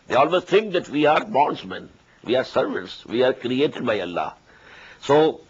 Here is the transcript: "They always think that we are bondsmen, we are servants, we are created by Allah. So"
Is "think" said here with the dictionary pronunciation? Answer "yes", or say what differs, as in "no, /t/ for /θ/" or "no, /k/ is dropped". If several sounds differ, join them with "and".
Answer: no, /t/ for /θ/